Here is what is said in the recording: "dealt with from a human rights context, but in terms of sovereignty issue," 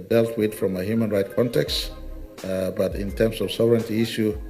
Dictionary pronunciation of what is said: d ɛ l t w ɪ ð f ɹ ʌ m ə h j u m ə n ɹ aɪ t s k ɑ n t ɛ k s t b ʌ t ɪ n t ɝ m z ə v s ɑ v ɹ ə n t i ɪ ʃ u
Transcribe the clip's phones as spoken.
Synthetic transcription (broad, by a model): d ɛ l t w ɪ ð f ɹ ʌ m ə h j u m ə n ɹ aɪ t k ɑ n t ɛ k s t b ʌ t ɪ n t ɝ m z ə v s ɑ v ɹ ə n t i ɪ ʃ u